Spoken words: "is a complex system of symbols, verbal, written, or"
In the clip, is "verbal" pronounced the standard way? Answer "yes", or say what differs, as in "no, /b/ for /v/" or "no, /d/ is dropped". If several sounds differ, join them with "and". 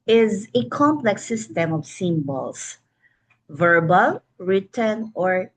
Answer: yes